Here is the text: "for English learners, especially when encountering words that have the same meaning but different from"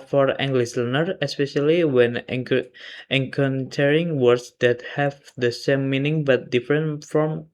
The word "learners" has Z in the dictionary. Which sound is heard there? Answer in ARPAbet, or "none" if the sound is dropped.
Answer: none